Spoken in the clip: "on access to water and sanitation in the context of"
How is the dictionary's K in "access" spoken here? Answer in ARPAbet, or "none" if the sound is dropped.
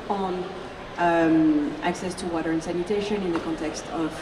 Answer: K